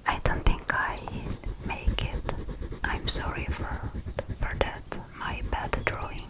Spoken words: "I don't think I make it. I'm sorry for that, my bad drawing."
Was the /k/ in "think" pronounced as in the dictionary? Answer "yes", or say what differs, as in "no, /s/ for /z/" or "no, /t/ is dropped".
yes